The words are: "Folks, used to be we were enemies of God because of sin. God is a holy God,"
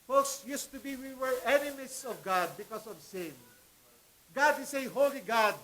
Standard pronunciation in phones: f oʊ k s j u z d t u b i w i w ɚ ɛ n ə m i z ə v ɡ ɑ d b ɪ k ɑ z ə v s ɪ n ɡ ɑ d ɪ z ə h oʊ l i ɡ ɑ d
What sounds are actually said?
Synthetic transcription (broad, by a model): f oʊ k s j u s t u b i w i w ɚ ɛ n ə m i s ə v ɡ ɑ d b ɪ k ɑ s ə v s ɪ n ɡ ɑ d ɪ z ə h oʊ l i ɡ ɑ d